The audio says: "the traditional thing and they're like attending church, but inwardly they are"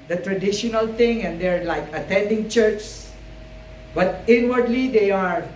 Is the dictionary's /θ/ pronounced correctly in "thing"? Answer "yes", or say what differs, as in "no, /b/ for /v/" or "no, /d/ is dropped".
no, /t/ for /θ/